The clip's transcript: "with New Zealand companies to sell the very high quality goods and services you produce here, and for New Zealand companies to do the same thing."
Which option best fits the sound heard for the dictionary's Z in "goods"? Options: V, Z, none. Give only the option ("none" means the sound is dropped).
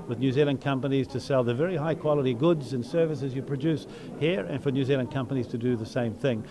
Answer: Z